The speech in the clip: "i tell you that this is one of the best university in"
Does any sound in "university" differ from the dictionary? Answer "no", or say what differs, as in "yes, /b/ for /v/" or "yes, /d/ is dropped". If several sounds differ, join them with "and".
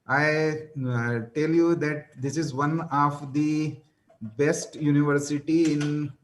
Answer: no